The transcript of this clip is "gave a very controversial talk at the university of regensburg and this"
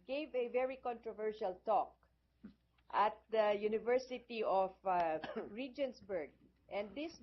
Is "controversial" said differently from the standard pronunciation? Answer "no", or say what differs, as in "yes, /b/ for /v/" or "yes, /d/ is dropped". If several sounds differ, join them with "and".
no